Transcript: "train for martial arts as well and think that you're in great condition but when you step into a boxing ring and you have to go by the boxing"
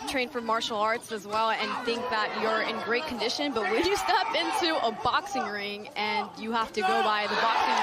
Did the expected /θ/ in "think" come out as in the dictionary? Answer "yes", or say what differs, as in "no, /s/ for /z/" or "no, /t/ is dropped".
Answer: yes